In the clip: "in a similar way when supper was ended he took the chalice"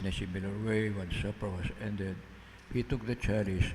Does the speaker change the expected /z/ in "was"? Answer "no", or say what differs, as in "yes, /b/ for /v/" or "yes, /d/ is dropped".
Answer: yes, /s/ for /z/